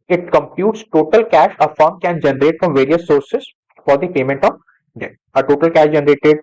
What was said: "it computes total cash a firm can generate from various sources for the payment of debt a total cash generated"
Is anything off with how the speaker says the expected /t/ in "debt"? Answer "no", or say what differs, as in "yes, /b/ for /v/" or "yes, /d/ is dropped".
yes, /t/ is dropped